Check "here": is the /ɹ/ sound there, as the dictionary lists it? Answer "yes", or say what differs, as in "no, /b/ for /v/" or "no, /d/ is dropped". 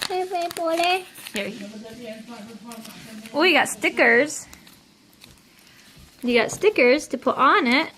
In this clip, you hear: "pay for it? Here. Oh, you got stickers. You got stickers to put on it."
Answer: no, /w/ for /ɹ/